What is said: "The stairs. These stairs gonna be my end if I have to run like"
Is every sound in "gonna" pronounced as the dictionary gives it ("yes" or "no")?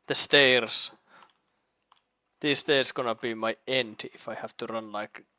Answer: yes